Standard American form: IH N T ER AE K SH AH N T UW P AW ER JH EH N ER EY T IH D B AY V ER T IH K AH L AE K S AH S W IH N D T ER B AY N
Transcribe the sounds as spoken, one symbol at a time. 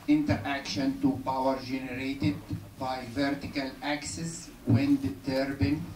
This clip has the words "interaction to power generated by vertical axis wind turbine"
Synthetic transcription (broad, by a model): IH N T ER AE K SH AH N T UW P AW ER JH EH N ER EY T IH D B AY V ER T IH K AH L AE K S AH S W IH N D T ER B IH N